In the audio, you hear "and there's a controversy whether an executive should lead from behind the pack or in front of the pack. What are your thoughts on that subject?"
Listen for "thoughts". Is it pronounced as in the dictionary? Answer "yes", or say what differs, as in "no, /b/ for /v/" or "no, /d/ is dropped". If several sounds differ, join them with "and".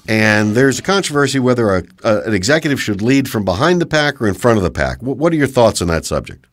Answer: yes